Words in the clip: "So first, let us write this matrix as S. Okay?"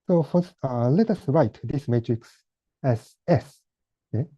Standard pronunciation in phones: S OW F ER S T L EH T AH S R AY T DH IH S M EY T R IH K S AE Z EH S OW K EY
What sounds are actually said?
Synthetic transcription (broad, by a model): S OW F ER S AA L EH T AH S R AY T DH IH S M EY T R IH K S AE Z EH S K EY